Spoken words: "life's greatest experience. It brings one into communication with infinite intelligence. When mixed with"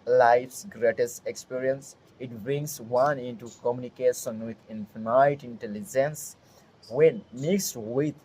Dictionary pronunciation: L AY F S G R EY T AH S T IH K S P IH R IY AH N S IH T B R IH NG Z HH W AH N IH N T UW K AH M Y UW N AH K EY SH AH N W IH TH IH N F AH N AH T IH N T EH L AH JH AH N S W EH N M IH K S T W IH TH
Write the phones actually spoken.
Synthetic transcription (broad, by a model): L AY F S G R EY T AH S T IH K S P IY R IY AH N S IH T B IH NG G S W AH N IH N T UW K AH M Y UW N AH K EY SH AH N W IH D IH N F N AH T IH N T EH L AH JH AH N S W EH N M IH K S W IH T